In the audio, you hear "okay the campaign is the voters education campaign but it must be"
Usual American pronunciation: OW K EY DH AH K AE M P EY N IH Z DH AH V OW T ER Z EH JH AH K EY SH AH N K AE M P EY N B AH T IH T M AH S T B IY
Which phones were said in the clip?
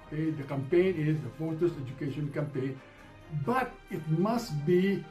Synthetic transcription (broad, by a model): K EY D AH K AE M P EY N IH Z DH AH F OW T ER S EH JH AH K EY SH AH N K AE M P EY N B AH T IH T M AH S T B IY